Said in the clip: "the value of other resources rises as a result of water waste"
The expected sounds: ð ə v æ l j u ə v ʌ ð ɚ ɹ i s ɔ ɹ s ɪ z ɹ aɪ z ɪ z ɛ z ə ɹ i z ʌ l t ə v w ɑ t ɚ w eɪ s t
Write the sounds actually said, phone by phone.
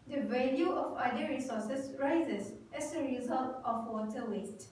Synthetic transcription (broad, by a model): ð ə v æ l j u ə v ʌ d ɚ ɹ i s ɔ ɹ s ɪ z ɹ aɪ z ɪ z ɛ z ə ɹ i z ʌ l t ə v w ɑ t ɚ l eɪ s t